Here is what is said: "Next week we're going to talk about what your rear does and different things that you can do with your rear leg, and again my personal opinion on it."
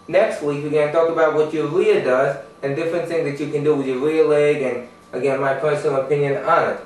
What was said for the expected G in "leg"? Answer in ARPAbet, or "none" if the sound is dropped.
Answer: G